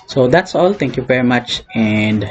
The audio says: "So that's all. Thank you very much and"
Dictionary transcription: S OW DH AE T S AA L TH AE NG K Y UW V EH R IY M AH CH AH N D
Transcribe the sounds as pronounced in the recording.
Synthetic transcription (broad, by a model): S OW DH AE T S AA L T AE NG K Y UW V EH R IY M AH CH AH N D